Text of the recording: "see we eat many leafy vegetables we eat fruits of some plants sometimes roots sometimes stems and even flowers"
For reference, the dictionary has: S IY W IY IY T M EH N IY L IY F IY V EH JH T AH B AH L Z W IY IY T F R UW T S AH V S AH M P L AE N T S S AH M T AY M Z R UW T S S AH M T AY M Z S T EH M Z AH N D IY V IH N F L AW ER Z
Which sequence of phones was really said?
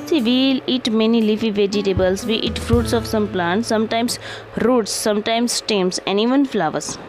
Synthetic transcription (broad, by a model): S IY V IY IY T M EH N IY L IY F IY V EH JH T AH B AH L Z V IY IY T F R UW T S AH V S AH M P L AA N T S S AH M T AY M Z R UW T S S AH M T AY M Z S T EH M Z AH N D IY V IH N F L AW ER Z